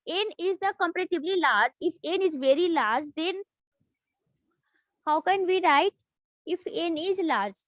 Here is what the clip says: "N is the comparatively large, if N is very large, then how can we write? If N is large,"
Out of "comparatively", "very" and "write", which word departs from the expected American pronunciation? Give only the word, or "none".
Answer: comparatively